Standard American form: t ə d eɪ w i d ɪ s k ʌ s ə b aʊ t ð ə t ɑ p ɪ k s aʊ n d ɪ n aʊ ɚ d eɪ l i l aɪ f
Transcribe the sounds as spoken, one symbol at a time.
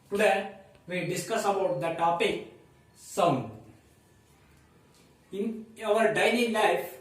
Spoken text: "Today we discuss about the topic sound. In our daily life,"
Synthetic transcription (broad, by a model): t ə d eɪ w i d ɪ s k ʌ s ə b aʊ t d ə t ɑ p ɪ k s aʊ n ɪ n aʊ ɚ d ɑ n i l aɪ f